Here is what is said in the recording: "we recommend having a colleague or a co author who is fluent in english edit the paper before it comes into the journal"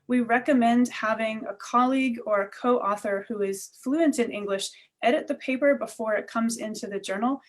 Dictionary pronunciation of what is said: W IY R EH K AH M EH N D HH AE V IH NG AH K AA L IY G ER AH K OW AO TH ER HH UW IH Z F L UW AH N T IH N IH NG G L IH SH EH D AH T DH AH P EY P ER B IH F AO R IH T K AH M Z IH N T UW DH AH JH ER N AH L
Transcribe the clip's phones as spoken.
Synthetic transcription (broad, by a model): W IY R EH K AH M EH N D HH AE V IH NG AH K AA L IY G ER AH K OW AO TH ER HH UW IH Z F L UW AH N T IH N IH NG G L IH SH EH D AH T DH AH P EY P ER B IH F AO R IH T K AH M Z IH N T UW DH AH JH ER N L